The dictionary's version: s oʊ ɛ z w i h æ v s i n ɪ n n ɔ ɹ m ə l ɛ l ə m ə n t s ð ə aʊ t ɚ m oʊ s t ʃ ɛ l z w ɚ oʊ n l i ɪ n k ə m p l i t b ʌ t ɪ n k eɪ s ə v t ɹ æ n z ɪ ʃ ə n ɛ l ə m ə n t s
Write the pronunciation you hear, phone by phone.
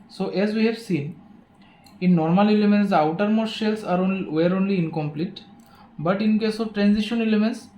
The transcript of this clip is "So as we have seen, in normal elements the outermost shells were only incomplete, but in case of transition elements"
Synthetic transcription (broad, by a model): s oʊ ɛ z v i h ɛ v s i n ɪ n n ɔ ɹ m ə l ɛ l ə m ə n t s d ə aʊ t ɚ m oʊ t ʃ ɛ l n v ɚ oʊ n l i ɪ n k ə m p l i t b ʌ t ɪ n k eɪ s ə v t ɹ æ n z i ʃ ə n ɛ l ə m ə n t s